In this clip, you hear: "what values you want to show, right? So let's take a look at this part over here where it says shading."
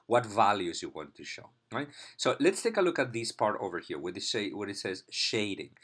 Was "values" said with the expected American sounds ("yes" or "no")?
yes